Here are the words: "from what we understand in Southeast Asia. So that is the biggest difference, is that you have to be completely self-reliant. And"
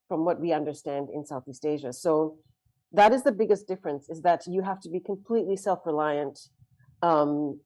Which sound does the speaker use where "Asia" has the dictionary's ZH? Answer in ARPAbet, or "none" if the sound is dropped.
ZH